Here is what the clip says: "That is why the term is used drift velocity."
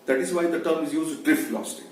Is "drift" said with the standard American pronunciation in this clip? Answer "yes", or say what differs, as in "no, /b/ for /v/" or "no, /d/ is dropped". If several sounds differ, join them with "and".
yes